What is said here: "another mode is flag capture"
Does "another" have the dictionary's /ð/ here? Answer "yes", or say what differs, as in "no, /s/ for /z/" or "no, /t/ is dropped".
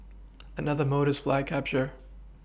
yes